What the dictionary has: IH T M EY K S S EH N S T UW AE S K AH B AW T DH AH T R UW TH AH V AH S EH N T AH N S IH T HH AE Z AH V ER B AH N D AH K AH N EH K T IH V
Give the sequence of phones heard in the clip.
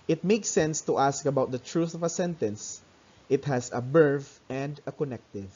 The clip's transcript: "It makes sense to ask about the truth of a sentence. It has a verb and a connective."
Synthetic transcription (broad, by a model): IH T M EY K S S EH N S T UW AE S K AH B AW T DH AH T R UW TH AH V AH S EH N T AH N S IH T HH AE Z AH B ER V AH N D AH K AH N EH K T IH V